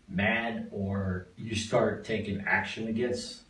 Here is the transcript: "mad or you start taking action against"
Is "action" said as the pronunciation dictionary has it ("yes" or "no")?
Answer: yes